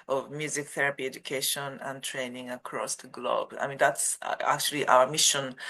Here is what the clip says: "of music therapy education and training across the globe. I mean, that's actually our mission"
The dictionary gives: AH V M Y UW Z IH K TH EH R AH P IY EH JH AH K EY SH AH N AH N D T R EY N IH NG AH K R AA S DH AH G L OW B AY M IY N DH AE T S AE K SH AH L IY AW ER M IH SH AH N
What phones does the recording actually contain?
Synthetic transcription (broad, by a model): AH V M Y UW Z IH K TH EH R AH P IY EH JH AH K EY SH AH N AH N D T R EY N IH NG AH K R AA S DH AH G L OW B AY M IY N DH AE T S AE K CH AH L IY AW ER M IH SH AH N